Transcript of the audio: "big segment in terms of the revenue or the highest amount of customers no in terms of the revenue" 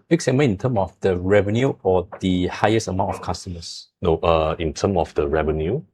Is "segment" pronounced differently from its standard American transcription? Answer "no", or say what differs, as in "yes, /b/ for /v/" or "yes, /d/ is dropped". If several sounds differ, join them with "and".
yes, /t/ is dropped